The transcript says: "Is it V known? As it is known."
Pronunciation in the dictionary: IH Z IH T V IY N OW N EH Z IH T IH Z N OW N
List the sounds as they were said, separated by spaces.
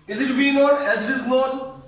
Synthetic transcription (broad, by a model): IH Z IH T B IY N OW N EH Z IH T IH Z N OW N